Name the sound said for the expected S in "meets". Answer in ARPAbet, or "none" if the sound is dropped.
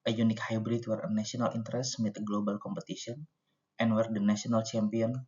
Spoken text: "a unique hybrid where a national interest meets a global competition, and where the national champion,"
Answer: none